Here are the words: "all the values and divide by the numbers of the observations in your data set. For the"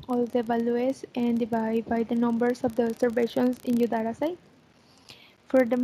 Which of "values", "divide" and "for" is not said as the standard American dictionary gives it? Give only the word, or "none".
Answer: values